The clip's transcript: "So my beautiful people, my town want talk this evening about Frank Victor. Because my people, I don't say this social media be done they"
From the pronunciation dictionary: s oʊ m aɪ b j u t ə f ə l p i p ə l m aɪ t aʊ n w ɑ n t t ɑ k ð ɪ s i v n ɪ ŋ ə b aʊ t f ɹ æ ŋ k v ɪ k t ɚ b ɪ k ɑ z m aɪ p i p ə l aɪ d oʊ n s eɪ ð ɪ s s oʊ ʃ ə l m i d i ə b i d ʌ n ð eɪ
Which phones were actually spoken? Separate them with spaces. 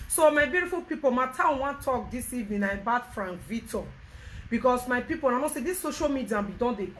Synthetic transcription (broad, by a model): s oʊ m aɪ b j u t ə f ə l p i p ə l m aɪ t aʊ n w ɑ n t t ɑ k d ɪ s i v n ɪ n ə b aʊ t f ɹ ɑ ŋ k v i t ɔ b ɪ k ɑ s m aɪ p i p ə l aɪ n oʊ s eɪ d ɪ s s oʊ ʃ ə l m i d i ə b i d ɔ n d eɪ